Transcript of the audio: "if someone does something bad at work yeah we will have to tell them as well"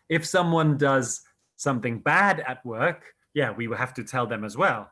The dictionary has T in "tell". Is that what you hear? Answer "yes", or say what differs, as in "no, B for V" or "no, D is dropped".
yes